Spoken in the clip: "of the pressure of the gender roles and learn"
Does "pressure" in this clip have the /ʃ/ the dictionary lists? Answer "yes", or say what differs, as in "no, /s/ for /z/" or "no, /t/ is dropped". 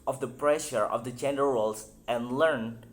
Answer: yes